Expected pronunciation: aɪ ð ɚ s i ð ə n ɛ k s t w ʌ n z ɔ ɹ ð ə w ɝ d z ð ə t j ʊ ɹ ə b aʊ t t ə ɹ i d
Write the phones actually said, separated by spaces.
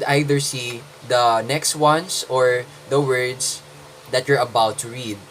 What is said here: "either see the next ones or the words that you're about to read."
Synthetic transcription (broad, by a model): aɪ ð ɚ s i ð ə n ɛ k s t w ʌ n s ɔ ɹ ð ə w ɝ d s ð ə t j ʊ ɹ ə b aʊ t t ə ɹ i d